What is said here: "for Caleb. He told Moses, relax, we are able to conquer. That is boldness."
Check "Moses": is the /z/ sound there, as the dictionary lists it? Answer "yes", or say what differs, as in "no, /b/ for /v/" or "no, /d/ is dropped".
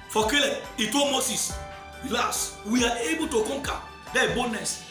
no, /s/ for /z/